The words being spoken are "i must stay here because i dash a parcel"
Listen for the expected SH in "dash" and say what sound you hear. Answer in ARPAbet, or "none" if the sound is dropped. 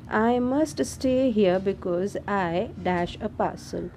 SH